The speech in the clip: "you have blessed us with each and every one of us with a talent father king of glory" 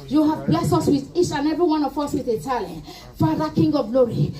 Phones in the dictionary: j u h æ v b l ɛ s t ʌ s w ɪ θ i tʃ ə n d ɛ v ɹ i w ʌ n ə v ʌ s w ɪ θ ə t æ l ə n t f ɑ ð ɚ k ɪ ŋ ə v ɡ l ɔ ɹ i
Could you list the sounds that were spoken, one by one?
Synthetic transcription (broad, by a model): j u h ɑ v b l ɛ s ɔ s w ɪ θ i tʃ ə n ɛ v ɹ i w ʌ n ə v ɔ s w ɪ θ ə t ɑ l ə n f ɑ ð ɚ k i ŋ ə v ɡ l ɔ ɹ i